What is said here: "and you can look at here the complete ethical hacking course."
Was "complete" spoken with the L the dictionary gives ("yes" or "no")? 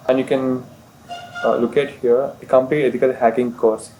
no